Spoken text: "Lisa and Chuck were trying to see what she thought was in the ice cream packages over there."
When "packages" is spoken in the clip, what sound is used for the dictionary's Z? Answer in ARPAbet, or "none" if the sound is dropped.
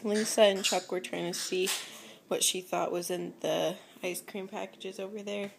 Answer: Z